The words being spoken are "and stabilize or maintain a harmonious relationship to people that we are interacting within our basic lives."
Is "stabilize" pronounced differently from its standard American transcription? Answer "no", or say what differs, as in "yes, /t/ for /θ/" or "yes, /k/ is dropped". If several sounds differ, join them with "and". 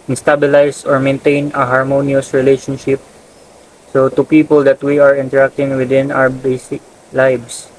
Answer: yes, /s/ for /z/